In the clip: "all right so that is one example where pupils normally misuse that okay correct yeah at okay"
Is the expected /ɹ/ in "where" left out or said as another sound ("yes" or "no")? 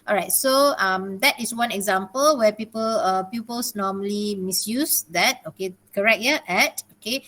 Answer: yes